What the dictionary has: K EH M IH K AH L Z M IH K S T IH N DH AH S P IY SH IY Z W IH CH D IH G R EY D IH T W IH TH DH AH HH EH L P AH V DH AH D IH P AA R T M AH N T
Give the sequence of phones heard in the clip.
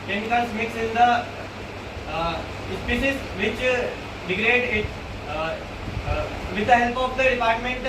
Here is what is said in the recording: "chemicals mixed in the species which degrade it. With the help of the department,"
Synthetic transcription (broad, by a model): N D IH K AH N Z M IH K S IH N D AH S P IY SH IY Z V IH CH D IH G R EY D IH T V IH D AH HH EH L P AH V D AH D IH P AA R T M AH N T